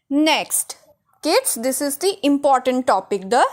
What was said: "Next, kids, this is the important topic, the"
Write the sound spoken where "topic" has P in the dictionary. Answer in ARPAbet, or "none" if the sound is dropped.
P